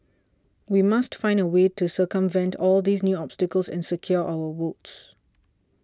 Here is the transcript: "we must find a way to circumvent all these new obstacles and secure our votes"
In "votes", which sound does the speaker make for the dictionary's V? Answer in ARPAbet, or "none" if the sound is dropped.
W